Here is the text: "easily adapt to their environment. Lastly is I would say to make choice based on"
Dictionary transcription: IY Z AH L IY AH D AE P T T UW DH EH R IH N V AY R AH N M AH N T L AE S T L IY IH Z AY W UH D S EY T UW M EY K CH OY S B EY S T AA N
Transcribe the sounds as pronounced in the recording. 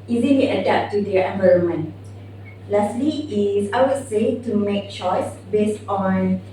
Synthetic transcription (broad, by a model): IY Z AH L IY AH D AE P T T UW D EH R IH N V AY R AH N M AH N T L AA S T L IY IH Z AY W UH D S EY T UW M EY K CH OY S B EY S T AA N